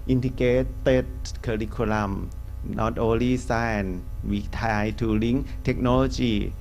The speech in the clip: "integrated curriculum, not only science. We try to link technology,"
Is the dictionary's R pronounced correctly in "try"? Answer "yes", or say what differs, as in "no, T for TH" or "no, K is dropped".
no, R is dropped